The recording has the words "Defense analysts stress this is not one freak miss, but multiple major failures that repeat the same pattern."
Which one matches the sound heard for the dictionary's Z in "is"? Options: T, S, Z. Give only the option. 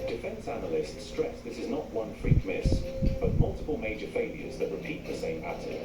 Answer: Z